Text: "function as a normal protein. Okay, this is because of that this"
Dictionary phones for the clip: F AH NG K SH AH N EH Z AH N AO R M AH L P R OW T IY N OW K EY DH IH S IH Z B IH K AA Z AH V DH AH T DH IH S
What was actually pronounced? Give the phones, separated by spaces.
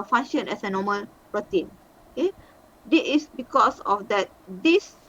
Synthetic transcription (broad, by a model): F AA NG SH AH N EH S AH N AO M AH L P R OW T IY N OW K EY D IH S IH S B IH K AA S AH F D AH T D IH S